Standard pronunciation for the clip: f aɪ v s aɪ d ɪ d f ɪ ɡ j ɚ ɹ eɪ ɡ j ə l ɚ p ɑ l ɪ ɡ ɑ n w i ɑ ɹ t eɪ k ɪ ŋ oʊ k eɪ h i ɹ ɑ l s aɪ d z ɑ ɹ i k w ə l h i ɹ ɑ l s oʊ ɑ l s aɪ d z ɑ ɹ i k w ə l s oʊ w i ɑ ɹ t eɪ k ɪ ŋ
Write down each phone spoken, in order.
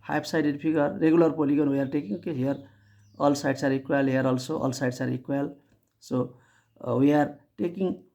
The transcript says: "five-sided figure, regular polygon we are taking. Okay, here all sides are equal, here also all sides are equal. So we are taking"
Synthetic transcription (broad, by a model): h aɪ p s aɪ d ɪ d p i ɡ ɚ ɹ eɪ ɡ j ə l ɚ p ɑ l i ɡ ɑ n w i ɑ ɹ t eɪ k ɪ ŋ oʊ k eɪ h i ɹ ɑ l s aɪ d s ɑ ɹ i k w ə l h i ɹ ɑ l s oʊ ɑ l s aɪ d s ɑ ɹ i k w ə l s oʊ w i ɑ ɹ t eɪ k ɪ ŋ